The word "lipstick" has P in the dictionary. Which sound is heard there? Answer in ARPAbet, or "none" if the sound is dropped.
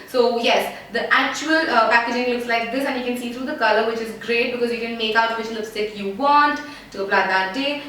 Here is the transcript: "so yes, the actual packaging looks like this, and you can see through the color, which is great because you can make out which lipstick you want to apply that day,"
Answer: none